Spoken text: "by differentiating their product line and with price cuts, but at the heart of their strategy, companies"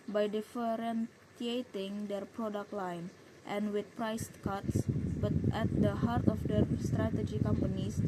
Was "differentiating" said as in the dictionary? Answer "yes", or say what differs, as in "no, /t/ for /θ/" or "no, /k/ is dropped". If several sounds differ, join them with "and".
no, /s/ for /ʃ/